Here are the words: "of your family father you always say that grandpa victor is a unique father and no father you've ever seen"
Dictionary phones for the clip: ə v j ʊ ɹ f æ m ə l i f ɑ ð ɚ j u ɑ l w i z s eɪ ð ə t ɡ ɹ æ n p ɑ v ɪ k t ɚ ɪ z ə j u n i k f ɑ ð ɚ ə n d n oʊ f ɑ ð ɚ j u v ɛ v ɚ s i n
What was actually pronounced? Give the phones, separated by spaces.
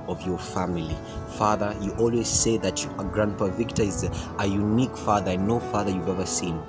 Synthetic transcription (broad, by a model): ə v j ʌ ɹ f æ m ə l i f ɑ ð ɚ j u ɑ l w i z s eɪ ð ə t ɡ ɹ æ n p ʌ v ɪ k t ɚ ɪ z ə j u n i k f ɑ ð ɚ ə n n oʊ f ɑ ð ɚ j u v ɛ v ɚ s i n